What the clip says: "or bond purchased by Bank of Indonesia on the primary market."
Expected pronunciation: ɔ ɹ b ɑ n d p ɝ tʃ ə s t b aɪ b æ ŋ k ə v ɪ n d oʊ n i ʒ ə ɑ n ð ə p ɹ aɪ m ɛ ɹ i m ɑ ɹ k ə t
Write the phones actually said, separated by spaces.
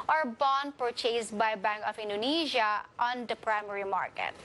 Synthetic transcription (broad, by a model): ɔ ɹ b ɑ n d p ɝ tʃ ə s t b aɪ b æ ŋ k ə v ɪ n d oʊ n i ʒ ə ɑ n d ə p ɹ aɪ m ɛ ɹ i m ɑ ɹ k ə t